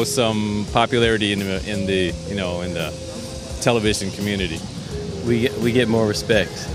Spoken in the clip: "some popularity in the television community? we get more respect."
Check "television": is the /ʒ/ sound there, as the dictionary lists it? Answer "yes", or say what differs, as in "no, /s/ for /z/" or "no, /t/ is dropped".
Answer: yes